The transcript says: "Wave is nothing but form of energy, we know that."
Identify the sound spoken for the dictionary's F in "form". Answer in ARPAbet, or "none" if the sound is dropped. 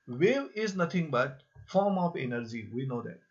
F